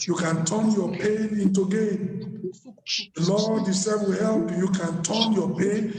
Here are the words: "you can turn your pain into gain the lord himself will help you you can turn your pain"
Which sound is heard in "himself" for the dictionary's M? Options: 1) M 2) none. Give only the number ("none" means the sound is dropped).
2